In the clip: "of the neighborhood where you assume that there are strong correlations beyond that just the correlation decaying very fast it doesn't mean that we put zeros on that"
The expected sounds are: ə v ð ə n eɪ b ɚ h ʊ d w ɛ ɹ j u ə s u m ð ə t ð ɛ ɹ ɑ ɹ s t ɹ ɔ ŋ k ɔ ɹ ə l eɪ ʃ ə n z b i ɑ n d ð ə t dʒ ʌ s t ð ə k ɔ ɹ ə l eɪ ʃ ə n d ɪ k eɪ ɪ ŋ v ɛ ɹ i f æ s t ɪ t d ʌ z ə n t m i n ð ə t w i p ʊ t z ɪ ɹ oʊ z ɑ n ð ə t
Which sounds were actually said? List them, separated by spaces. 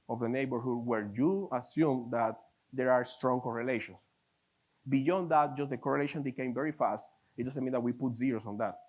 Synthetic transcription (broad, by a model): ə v ð ə n eɪ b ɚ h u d w ɛ ɹ j u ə s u m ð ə t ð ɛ ɹ ɑ ɹ s t ɹ ɔ ŋ k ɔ ɹ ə l eɪ ʃ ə n s b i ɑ n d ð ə t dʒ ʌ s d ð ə k ɔ ɹ ə l eɪ ʃ ə n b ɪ k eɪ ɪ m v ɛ ɹ i f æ s t ɪ t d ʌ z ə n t m i n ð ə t w i p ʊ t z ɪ ɹ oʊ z ɑ n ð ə t